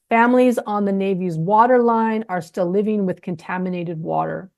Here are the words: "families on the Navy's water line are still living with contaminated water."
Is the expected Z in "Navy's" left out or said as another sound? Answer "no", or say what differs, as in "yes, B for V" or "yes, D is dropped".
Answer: no